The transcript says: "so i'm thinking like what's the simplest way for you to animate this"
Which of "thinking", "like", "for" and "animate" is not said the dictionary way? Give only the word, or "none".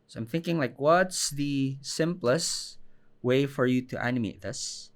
none